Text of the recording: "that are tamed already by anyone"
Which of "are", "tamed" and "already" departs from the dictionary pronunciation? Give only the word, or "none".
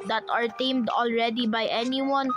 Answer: none